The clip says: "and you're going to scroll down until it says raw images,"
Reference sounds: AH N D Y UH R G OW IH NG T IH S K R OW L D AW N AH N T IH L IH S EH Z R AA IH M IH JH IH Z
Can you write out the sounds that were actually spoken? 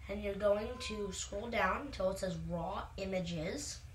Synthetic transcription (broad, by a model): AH N Y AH R G OW IH NG T IH S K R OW L D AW AH N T IH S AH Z R AA IH M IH JH IH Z